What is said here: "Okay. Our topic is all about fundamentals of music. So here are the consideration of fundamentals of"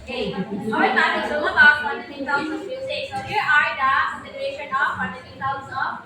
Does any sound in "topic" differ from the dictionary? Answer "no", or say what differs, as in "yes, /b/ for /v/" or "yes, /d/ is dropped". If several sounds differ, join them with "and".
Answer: yes, /p/ is dropped